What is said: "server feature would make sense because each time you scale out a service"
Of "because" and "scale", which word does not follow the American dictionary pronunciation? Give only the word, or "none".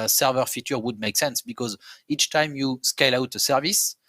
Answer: none